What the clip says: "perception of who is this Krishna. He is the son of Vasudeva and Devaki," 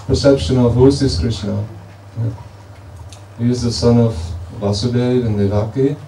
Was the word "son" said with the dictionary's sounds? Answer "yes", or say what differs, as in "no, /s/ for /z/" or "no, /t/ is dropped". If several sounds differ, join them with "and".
yes